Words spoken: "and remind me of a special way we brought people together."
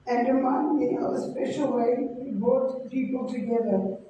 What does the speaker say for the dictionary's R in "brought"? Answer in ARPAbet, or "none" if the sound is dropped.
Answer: none